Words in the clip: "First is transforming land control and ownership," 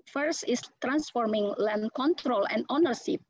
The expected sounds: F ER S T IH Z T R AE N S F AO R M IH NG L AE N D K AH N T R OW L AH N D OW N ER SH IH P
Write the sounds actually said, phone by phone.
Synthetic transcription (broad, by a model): F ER S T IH S T R AE N S F AO R M IH NG L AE N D K AH N T R OW L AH N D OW N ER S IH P